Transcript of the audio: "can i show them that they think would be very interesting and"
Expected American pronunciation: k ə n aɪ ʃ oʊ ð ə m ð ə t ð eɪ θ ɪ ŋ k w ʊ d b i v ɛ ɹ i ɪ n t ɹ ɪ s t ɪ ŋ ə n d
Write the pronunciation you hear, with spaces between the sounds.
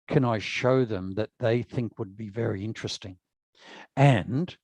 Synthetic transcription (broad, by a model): k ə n aɪ ʃ oʊ ð ə m ð ə t ð eɪ θ ɪ ŋ k w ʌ d b i v ɛ ɹ i ɪ n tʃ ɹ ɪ s t ɪ ŋ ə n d